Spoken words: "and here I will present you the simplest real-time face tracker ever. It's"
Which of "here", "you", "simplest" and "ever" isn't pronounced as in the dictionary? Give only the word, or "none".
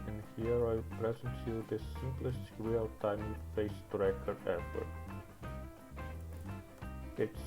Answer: ever